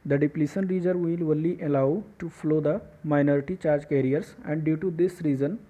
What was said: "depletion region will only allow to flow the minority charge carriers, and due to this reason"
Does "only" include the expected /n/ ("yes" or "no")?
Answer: no